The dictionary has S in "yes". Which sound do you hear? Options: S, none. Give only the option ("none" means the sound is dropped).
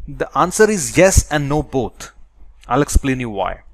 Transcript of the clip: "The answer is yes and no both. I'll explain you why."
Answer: S